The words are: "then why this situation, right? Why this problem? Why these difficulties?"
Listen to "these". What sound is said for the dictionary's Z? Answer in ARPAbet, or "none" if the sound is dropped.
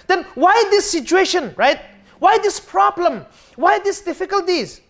S